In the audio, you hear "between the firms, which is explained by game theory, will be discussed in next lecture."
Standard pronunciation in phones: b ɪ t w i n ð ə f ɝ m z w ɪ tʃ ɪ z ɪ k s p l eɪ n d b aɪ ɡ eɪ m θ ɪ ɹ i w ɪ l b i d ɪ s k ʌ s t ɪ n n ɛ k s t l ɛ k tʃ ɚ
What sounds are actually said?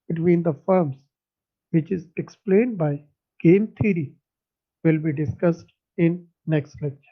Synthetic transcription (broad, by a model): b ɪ t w i n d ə f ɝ m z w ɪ tʃ ɪ z ɪ k s p l eɪ n d b aɪ ɡ eɪ m t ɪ ɹ i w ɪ l b i d ɪ s k ʌ s t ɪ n n ɛ k s t l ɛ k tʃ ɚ